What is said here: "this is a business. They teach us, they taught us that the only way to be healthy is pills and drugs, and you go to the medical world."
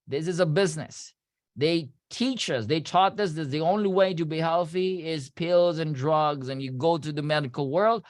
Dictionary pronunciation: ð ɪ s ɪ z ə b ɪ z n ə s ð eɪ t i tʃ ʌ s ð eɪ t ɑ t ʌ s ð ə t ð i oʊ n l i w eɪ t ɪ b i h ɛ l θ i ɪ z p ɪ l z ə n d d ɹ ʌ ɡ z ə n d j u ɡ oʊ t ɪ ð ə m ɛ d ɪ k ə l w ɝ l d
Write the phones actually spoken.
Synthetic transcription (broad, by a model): ð ɪ s ɪ z ə b ɪ z n ə s ð eɪ t i tʃ ʌ s ð eɪ t ɑ t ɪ s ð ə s ð i oʊ n l i w eɪ t ɪ b i h ɛ l θ i ɪ z p ɪ l z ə n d d ɹ ʌ ɡ z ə n j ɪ ɡ oʊ t ɪ ð ə m ɛ d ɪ k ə l w ɝ l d